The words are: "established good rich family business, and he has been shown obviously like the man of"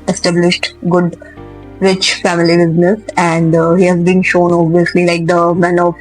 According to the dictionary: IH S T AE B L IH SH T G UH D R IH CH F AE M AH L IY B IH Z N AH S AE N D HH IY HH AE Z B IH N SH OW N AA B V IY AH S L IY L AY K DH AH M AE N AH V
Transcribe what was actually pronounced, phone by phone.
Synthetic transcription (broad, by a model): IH S T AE B L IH SH T G UH D R IH CH F AE M AH L IY B IH Z N AH S AE N D HH IY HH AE Z B IH N SH OW N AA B IY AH S L IY L AY K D AH M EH N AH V